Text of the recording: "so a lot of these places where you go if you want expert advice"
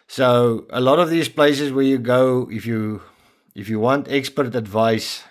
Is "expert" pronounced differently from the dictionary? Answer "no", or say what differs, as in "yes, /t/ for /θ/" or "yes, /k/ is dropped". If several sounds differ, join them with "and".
no